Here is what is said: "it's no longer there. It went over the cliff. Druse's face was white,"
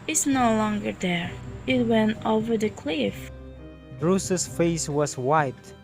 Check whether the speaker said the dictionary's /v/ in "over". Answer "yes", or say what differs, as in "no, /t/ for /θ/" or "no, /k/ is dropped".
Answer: yes